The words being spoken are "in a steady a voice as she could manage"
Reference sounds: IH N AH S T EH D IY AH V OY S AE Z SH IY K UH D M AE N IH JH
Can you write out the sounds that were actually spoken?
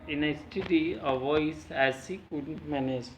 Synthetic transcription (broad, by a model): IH N AH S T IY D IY AH V OY S AE Z S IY K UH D M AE N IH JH